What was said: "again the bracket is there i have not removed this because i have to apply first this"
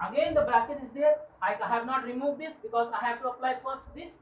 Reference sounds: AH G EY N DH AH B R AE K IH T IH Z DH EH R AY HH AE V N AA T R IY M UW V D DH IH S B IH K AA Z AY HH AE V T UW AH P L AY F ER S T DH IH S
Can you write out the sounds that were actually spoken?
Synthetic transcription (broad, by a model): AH G EY N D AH B AE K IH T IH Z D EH R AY HH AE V N AA T R IY M UW V D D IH S B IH K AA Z AY HH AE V T UW AH P L AY F ER S T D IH S